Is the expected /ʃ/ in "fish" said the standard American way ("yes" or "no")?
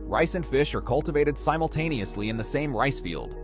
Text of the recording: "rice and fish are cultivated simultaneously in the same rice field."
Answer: yes